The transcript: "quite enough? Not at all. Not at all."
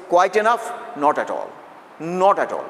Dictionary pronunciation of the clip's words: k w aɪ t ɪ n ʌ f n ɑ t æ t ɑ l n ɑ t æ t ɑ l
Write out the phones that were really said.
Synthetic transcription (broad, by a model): k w aɪ t ɪ n ʌ f n ɑ t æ t ɑ l n ɑ t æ t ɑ l